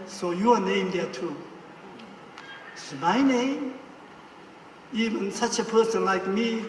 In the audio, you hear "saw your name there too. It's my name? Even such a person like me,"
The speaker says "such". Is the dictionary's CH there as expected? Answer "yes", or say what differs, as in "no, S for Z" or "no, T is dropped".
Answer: yes